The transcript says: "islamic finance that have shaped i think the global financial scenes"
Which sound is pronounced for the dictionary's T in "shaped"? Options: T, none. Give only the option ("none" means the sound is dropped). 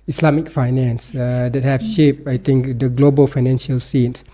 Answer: none